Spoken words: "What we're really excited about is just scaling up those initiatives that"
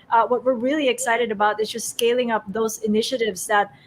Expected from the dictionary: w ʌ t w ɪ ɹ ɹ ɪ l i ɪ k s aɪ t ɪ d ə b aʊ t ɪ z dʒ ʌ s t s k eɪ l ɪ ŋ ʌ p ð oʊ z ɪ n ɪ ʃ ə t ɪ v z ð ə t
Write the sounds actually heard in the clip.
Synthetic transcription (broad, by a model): w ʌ t w ɪ ɹ ɹ ɪ l i ɪ k s aɪ t ɪ d ə b aʊ t ɪ z dʒ ʌ s t s k eɪ l ɪ ŋ ʌ p ð oʊ z ɪ n ɪ ʃ ə t ɪ v z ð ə t